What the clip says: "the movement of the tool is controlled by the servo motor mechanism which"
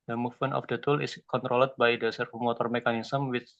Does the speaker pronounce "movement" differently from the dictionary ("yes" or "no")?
yes